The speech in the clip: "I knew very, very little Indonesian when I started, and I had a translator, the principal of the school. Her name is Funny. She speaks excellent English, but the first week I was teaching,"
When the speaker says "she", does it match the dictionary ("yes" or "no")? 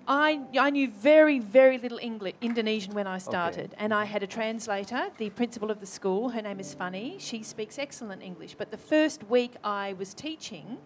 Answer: yes